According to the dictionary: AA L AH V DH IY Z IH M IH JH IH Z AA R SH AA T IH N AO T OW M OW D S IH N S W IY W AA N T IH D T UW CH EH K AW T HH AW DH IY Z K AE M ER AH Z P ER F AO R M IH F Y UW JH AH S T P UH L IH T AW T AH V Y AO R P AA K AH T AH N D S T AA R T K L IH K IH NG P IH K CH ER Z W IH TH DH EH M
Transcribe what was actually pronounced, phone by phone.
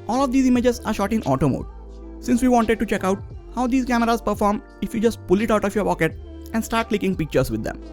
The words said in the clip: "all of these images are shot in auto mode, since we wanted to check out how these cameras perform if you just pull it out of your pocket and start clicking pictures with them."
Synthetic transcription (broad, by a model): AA L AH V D IY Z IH M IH JH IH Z AA R SH AA T IH N AO T OW M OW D S IH N S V IY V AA N T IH D T UW CH EH K AW T HH AW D IY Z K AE M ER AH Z P ER F AO R M IH F Y UW JH AH S T P UH L IH T AW T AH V Y AO R P AA K AH T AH N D S T AA R T K L IH K IH NG P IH K CH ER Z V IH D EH M